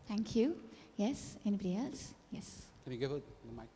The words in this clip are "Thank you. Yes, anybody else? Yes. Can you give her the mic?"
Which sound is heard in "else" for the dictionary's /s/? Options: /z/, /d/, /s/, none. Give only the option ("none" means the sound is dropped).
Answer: /s/